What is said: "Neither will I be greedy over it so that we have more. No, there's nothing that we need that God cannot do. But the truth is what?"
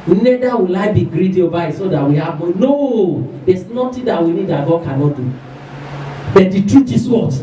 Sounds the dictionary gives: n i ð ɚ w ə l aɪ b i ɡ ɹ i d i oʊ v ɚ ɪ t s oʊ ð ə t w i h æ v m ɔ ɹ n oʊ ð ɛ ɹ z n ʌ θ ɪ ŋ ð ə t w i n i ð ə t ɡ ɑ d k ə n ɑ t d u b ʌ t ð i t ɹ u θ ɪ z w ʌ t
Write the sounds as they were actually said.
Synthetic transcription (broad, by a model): n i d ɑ w ə l aɪ b i ɡ ɹ i d i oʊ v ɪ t s oʊ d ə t w i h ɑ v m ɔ n oʊ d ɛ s n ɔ t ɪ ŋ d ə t w i n i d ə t ɡ ɑ d k ə n ɑ t d u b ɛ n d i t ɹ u t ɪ s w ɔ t